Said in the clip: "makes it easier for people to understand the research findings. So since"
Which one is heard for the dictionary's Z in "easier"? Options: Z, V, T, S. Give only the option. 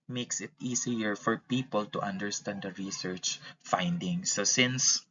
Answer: S